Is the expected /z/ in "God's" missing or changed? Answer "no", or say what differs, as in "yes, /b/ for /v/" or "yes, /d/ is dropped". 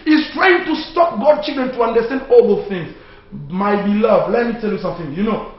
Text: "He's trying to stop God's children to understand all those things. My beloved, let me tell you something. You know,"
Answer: yes, /z/ is dropped